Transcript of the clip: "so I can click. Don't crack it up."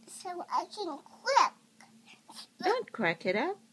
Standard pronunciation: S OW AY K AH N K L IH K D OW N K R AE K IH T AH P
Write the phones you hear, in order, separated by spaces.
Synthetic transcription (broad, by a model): S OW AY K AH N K W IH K D OW N K R AE K IH T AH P